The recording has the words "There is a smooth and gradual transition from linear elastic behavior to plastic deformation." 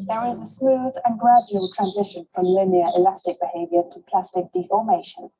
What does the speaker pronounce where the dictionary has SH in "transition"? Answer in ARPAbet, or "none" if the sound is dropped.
SH